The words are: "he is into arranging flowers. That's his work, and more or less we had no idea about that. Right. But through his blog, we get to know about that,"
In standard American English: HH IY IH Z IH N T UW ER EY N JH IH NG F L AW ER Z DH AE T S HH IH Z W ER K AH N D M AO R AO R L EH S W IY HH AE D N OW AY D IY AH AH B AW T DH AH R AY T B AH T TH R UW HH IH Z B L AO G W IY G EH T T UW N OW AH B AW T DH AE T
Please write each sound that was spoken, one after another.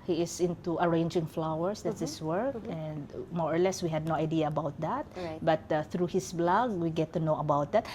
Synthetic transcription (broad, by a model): HH IY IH S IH N T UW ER EY N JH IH NG F L AW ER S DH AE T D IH S W ER K AH N D M AO R AO R L EH S W IY HH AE D N OW AY D IY AH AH B AW T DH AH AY T B AH T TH R UW HH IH S B L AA G W IY G EH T T UW N OW AH B AW T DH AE T